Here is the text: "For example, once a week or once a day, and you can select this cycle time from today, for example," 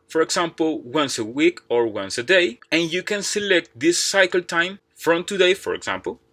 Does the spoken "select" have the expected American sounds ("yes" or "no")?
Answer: yes